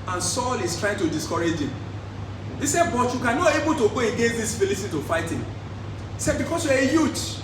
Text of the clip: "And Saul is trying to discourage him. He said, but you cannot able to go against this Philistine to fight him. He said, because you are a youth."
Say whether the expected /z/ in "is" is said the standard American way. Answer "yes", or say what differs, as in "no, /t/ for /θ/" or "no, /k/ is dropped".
no, /s/ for /z/